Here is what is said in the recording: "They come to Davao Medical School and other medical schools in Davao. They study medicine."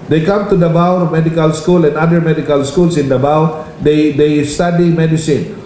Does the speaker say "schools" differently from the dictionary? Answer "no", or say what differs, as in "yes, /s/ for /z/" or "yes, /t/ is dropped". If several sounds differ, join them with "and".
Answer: yes, /s/ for /z/